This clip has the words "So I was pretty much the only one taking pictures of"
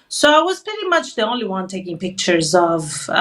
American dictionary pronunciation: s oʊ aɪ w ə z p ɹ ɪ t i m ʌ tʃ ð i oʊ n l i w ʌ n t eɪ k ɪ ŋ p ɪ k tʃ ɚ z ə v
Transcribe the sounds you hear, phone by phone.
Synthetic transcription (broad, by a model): s oʊ aɪ w ə z p ɹ ɪ t i m ʌ tʃ ð i oʊ n l i w ʌ n t eɪ k ɪ ŋ p ɪ k tʃ ɚ z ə v